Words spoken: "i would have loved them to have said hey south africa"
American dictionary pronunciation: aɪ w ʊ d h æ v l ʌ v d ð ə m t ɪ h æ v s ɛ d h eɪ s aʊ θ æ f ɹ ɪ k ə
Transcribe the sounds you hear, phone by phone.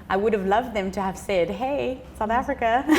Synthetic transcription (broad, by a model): aɪ w ʊ d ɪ v l ʌ v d ð ə m t ɪ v s ɛ d h eɪ s aʊ θ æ f ɹ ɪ k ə